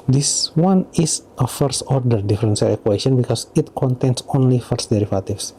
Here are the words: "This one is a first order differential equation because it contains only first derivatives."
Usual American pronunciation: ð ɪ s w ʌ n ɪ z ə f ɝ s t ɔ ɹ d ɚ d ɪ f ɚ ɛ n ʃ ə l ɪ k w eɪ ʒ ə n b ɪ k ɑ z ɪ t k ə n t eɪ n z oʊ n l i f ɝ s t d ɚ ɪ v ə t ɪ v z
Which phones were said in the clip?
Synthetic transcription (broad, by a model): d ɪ s w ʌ n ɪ s ə f ɝ s t ɔ ɹ d ɚ d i f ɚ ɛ n s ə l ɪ k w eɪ s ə n b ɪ k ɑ s ɪ t k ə n t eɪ n s oʊ n l i f ɝ s t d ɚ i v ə t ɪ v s